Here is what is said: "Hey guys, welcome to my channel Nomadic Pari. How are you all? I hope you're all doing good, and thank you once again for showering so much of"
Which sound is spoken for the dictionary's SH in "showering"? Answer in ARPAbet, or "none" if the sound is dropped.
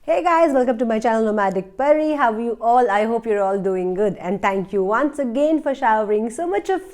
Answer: SH